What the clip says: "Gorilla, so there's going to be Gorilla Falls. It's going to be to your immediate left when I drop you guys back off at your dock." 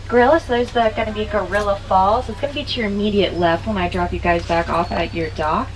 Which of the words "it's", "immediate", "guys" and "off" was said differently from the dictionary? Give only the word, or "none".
none